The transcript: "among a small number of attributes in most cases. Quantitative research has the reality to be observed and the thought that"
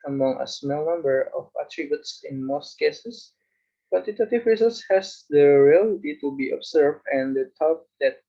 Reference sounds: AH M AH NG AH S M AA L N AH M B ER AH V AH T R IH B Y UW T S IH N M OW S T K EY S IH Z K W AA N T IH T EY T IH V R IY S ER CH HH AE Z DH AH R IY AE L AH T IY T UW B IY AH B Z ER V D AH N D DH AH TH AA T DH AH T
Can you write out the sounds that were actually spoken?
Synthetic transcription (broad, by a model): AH M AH NG AH S M AA L N AH M B ER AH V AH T R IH B Y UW T S IH N M OW S T K EY S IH S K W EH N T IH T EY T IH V R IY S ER S HH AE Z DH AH R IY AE L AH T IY T UW B IY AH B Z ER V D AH N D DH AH T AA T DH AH T